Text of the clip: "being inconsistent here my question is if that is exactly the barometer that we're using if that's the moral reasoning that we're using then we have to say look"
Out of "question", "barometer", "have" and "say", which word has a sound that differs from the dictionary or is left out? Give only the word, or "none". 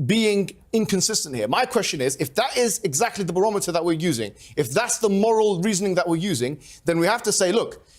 have